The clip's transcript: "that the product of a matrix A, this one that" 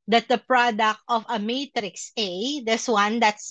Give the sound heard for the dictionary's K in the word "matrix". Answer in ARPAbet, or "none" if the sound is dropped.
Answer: K